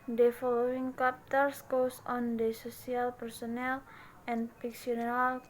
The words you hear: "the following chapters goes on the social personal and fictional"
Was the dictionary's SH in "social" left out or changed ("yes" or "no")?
yes